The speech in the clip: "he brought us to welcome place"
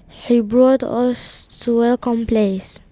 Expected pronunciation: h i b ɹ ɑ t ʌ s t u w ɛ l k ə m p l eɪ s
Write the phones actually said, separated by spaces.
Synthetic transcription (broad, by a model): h i b ɹ ɑ t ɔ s t u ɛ k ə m p l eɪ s